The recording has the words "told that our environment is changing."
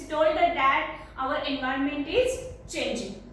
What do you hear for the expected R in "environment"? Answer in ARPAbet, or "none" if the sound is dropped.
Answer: R